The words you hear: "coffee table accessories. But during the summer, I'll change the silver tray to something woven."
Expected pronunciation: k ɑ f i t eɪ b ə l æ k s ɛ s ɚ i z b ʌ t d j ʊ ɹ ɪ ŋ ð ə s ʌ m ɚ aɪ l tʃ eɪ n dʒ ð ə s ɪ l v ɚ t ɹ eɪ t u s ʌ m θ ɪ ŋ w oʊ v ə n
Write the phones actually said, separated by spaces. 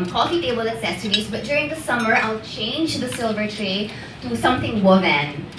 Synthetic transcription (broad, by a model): k ɑ f i t eɪ b ə l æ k s ɛ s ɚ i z b ʌ t d j ʊ ɹ ɪ ŋ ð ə s ʌ m ɚ aɪ l tʃ eɪ n dʒ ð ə s ɪ l v ɚ t ɹ eɪ t u s ʌ m θ ɪ ŋ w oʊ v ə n